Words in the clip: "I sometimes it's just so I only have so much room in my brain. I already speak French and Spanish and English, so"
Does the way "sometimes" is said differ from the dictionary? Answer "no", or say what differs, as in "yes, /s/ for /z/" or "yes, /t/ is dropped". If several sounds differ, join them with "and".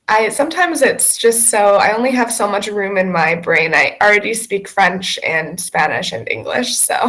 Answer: no